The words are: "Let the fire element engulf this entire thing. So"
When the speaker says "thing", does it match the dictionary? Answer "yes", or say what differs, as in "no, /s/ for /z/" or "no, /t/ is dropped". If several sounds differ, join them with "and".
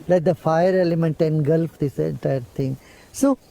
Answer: no, /t/ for /θ/